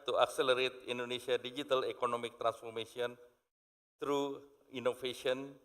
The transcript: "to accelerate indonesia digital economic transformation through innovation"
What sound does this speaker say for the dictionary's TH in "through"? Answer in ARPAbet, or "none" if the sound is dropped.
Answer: T